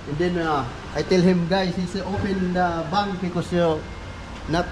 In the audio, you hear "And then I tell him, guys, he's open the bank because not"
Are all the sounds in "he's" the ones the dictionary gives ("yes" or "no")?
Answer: no